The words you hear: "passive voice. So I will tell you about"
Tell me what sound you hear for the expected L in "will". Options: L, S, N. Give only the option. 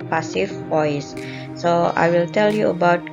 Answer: L